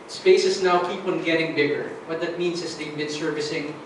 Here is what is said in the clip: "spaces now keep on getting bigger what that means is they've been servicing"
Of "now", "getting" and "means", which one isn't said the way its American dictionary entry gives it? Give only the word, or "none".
means